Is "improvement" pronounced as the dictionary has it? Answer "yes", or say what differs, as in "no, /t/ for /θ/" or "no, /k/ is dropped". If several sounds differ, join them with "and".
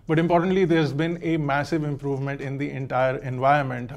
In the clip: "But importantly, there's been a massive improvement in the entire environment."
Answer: yes